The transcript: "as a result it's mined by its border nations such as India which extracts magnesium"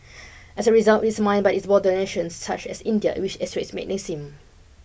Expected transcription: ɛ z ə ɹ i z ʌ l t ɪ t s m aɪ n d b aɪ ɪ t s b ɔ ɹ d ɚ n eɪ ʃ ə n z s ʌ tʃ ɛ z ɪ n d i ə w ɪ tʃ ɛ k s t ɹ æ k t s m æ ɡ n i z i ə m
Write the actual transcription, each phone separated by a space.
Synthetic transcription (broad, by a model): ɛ s ə ɹ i z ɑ l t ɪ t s m aɪ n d b aɪ ɪ t s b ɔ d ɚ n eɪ ʃ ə n s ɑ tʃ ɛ s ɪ n d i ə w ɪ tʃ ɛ s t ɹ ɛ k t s m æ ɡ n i s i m